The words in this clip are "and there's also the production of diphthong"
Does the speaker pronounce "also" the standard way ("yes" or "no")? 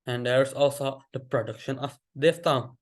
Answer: yes